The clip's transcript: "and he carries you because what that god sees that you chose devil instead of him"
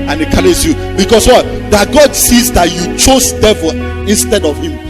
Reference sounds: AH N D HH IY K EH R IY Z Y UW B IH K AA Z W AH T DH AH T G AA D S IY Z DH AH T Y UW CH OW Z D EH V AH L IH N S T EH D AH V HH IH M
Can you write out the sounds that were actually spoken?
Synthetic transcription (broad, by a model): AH N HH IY K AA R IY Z Y UW B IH K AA S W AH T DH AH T G AA D S IY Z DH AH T Y UW CH OW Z D EH V AH L IH N S T EH D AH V HH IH M